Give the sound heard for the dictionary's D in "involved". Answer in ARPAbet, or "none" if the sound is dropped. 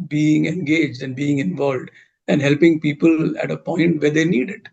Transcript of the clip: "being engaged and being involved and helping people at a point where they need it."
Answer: D